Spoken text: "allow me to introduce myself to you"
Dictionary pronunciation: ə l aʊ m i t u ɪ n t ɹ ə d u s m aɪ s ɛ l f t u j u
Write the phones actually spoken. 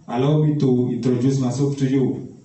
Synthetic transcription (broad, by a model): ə l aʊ m i t u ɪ n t ɹ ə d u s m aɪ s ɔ f t u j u